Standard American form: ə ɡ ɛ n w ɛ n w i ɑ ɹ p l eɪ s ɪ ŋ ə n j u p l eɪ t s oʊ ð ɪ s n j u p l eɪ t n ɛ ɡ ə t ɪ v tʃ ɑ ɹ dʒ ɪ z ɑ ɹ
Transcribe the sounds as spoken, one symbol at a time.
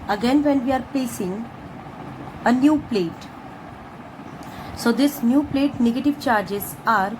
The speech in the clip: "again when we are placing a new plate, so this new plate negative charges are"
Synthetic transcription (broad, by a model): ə ɡ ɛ n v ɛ n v i ɑ ɹ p eɪ s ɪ ŋ ə n j u p l eɪ t s oʊ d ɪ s n j u p l eɪ t n ɛ ɡ ə t ɪ v tʃ ɑ ɹ dʒ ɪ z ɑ ɹ